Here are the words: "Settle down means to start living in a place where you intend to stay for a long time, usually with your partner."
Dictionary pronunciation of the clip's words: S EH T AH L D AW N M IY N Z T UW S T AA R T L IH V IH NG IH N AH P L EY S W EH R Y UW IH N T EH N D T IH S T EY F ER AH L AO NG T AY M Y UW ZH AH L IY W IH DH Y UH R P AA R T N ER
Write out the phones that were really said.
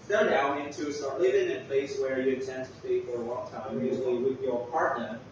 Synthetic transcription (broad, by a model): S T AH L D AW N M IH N T UW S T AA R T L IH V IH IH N AH P L EY S W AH R Y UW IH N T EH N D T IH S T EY F ER AH L AO NG T AY M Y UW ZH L IY W IH DH Y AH R P AA R T N ER